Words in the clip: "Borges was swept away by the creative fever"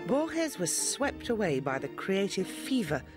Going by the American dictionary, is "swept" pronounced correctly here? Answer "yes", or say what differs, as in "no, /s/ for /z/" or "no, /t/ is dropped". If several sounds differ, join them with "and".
yes